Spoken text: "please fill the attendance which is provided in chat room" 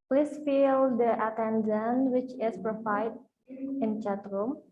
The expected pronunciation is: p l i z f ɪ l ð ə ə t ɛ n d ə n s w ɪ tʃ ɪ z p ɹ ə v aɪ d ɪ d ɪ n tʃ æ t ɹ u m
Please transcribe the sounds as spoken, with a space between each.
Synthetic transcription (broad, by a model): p l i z f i l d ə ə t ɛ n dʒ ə n w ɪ tʃ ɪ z p ɹ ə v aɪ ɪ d ɪ n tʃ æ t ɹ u m